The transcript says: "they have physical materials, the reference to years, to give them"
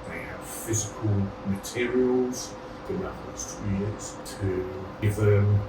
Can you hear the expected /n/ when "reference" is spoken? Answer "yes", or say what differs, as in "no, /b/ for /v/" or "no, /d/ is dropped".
no, /n/ is dropped